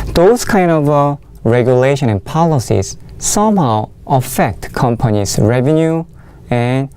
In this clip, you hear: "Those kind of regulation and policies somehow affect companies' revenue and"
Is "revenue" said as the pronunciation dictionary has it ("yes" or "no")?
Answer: yes